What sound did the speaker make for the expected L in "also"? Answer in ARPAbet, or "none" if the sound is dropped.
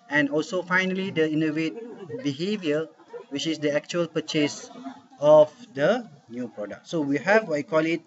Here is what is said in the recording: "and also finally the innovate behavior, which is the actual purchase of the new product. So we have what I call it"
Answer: L